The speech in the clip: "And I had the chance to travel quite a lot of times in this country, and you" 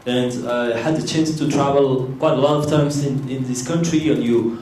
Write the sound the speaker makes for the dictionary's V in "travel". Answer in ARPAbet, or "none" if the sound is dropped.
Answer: V